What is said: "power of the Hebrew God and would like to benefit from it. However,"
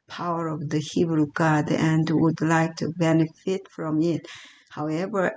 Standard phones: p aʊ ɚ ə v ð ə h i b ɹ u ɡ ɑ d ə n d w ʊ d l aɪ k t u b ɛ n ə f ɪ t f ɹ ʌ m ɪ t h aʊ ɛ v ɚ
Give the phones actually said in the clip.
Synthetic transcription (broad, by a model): p aʊ ɚ ə v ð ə h i b ɹ u ɡ ɑ d ə n d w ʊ d l aɪ k t u b ɛ n ə f ɪ t f ɹ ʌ m ɪ t h aʊ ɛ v ɚ